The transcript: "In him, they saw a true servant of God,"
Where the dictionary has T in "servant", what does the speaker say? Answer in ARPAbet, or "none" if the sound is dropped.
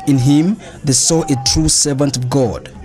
T